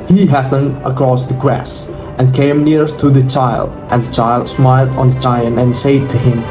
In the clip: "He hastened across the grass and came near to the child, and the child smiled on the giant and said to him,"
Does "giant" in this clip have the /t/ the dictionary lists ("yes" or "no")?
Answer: no